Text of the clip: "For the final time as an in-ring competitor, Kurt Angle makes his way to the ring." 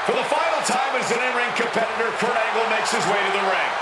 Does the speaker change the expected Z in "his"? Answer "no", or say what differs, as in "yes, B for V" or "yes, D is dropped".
no